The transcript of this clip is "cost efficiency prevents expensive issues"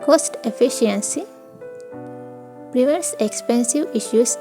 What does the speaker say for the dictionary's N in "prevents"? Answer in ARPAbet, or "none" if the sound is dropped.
none